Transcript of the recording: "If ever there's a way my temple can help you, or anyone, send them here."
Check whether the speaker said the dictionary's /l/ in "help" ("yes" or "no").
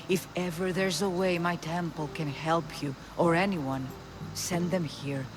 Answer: yes